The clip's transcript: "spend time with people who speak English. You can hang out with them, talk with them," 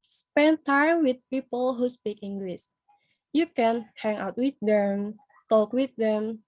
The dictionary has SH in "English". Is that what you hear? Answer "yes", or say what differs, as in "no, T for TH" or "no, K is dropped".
no, S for SH